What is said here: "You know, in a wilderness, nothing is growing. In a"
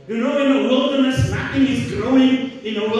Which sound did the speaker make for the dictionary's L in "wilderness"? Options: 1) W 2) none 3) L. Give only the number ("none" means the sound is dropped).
3